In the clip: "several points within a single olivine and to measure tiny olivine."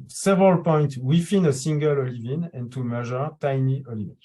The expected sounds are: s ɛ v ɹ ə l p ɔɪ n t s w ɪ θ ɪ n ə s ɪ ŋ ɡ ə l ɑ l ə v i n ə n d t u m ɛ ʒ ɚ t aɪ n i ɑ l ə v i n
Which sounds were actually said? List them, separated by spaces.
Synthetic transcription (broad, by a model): s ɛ v ɹ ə l p ɔɪ n t w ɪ f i n ə s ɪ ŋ ɡ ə l ɑ l ə v i n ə n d t u m ɛ ʒ ɚ t aɪ n i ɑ l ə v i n